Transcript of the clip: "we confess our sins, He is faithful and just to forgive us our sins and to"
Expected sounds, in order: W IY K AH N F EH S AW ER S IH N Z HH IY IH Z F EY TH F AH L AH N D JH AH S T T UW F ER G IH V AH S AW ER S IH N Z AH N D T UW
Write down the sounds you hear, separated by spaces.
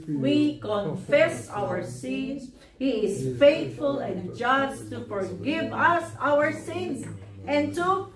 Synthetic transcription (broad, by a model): W IY K AH N F EH S AW ER S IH N S HH IY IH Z F EY T F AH L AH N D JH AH S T T UW F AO G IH V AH S AW ER S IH N S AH N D T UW